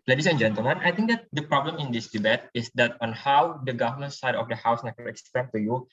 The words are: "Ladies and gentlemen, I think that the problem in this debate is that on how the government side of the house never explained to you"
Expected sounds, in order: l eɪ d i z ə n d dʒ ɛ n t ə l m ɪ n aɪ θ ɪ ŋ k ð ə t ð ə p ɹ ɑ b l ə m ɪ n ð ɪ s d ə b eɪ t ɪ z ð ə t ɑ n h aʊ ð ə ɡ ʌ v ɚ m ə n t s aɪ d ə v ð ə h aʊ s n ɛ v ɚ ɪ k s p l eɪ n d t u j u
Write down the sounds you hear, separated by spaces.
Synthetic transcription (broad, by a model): l eɪ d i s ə n dʒ ɛ n t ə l m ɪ n aɪ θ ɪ ŋ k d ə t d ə p ɹ ɑ b l ə m ɪ n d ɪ s d ə b eɪ t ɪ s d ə t ɑ n h aʊ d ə ɡ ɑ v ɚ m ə n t s aɪ d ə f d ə h aʊ s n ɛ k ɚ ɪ k s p eɪ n t u j u